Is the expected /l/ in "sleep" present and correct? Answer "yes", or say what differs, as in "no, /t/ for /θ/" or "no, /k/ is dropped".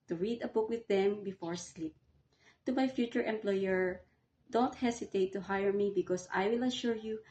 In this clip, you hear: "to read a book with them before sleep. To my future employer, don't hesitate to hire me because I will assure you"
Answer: yes